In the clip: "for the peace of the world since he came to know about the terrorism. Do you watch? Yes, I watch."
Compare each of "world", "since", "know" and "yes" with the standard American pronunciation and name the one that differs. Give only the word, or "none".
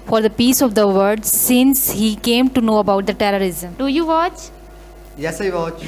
world